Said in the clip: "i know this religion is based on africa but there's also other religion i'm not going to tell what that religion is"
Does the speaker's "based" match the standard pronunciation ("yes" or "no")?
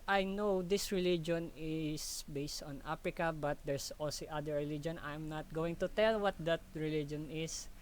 yes